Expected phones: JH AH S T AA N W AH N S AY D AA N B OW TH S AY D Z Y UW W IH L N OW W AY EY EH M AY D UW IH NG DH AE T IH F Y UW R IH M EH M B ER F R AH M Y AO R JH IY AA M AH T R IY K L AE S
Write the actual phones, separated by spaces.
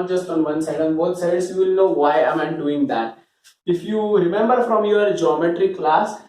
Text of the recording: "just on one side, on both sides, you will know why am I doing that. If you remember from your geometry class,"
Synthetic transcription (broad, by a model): JH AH S T AA N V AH N S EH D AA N B OW T S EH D S Y UW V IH L N OW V AY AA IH M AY D UW IH NG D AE T IH F Y UW R IH M EH M B ER F R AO M Y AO R JH IY AA M AH T R IY K L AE S